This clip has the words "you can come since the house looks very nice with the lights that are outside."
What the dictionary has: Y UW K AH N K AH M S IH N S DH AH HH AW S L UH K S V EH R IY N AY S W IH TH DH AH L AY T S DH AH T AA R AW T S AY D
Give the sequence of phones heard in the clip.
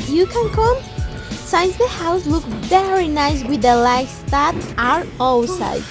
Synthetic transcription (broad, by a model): Y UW K AH N K AH M S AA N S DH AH HH AW S L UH K V EH R IY N AY S W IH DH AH L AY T S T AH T AA R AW S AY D